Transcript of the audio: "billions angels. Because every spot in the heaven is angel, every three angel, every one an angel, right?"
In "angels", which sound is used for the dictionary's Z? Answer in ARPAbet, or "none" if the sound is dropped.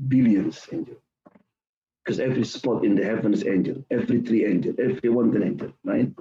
none